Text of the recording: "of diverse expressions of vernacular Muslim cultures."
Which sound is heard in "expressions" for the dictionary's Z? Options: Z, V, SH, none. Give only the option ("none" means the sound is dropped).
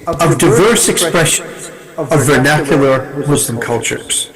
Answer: none